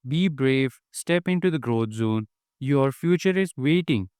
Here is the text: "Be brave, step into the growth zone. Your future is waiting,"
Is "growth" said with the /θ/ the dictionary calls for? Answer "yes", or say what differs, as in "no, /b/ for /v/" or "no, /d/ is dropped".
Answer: no, /t/ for /θ/